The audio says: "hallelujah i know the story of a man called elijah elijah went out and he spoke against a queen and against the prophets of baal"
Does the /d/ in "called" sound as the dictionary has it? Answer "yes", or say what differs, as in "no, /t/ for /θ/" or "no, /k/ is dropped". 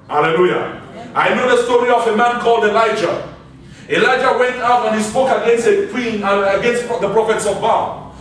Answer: yes